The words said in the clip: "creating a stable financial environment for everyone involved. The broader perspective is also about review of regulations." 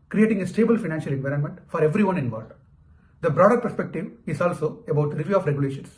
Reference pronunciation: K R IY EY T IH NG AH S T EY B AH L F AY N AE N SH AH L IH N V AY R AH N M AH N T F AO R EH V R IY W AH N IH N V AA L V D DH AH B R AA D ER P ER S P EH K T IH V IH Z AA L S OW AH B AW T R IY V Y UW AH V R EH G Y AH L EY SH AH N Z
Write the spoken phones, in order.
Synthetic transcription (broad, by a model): K R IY EY T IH NG AH S T EY B AH L F AY N AE N SH AH L IH N V AY R AH N M AH N T F AO R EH V R IY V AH N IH N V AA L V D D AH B R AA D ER P ER S P EH K T IH V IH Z AA L S OW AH B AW T R IY V Y UW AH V R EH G Y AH L EY SH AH N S